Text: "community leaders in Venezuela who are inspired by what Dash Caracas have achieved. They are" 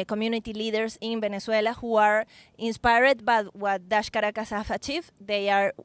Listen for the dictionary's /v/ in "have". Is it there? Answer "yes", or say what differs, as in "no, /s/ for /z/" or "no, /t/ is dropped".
no, /f/ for /v/